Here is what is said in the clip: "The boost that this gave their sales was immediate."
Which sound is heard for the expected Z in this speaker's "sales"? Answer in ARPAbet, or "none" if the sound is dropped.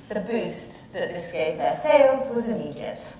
Z